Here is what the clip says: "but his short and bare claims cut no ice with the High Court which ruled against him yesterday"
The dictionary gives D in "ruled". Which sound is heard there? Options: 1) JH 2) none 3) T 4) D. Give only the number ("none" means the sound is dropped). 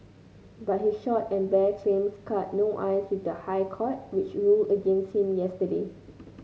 2